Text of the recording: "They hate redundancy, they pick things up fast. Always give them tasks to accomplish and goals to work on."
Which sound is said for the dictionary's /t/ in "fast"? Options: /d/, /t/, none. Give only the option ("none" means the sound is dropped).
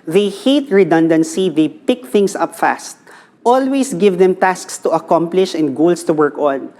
/t/